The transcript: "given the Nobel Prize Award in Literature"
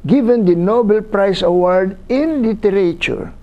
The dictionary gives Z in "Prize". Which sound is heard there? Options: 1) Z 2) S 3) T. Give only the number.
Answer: 2